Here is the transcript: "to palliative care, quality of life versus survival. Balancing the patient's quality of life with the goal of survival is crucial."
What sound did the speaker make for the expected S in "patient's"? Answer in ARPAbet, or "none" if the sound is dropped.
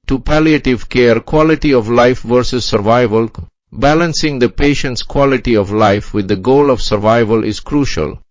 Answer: S